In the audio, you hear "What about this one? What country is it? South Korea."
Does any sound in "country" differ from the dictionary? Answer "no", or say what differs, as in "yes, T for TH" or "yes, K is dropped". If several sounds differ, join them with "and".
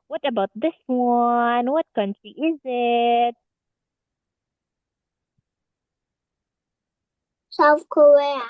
yes, R is dropped